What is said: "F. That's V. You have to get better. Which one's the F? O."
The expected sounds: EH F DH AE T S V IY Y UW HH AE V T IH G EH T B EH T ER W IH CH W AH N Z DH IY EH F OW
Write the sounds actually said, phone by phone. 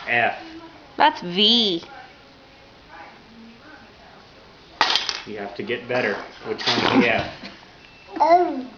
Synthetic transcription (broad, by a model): EH F DH AE T S V IY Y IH HH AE F T IH G EH T B EH T ER W IH CH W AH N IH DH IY EH F